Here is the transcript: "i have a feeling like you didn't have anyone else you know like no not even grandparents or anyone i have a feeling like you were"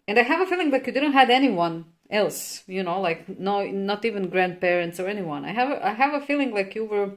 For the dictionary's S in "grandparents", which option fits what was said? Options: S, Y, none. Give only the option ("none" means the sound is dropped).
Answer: S